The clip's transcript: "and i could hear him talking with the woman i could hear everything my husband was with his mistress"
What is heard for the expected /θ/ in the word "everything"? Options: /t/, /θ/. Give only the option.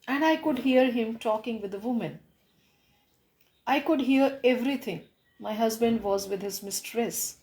/t/